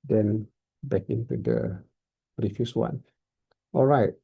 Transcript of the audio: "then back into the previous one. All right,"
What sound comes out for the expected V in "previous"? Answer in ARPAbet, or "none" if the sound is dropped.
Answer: F